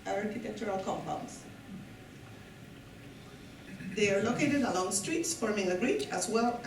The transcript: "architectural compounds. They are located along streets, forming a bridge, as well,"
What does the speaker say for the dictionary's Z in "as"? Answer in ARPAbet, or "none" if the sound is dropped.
S